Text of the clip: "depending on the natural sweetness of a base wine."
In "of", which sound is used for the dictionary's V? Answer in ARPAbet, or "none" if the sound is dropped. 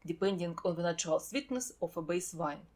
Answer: F